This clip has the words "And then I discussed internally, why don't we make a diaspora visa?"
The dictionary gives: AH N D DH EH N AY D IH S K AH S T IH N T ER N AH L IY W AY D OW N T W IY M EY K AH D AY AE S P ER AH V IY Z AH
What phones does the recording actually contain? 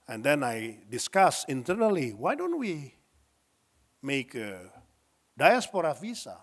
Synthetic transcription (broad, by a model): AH N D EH N AY D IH S K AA S IH N T ER N AH L IY W AY D OW N T W IY M EY K AH D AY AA S P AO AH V IY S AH